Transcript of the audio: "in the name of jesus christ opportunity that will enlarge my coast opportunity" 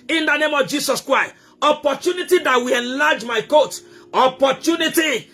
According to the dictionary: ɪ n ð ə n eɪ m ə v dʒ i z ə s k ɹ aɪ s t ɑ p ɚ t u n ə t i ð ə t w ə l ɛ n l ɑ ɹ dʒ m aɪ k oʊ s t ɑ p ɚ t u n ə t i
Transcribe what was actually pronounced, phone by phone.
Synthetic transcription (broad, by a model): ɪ n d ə n eɪ m ə v dʒ i s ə s k ɹ aɪ s t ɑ p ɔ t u n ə t i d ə t w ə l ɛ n l ɑ dʒ m aɪ k oʊ t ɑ p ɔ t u n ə t i